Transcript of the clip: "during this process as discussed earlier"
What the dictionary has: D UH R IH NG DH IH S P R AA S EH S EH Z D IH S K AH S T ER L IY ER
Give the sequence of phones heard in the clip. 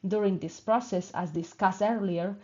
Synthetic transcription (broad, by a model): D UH R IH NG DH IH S P R AA S EH S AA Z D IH S K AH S ER L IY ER